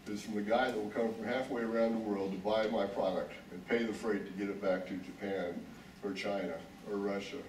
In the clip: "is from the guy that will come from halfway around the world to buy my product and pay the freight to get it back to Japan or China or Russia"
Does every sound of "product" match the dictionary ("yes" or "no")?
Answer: yes